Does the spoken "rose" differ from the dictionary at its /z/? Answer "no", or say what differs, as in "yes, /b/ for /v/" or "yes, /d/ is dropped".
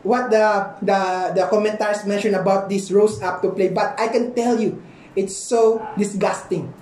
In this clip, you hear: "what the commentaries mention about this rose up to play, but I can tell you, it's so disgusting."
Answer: yes, /s/ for /z/